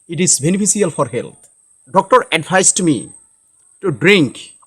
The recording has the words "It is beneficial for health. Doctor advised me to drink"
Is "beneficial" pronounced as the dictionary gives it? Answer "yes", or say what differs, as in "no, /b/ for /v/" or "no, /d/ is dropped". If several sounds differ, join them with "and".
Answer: no, /s/ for /ʃ/